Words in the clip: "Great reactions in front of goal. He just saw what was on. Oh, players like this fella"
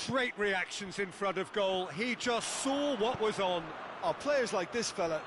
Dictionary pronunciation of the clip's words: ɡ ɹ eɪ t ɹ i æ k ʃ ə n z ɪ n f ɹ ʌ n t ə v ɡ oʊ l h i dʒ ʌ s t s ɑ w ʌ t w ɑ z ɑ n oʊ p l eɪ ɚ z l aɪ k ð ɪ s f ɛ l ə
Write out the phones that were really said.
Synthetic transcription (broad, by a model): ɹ eɪ t ɹ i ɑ k ʃ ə n z ɪ n f ɹ ʌ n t ə v ɡ oʊ l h i dʒ ʌ s t s ɑ w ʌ t w ɑ z n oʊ p l eɪ ɚ z l aɪ k ð ɪ s f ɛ l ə